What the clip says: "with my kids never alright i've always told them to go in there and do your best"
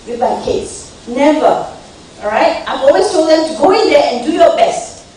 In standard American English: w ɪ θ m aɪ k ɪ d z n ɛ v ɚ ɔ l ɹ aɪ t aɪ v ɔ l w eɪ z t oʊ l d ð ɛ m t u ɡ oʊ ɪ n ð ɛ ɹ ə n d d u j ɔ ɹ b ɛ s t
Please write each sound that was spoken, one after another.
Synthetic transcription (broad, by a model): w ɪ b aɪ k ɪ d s n ɛ v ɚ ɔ ɹ aɪ t aɪ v ɔ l w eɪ s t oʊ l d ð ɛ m t u ɡ oʊ ɪ n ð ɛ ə n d d u j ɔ b ɛ s t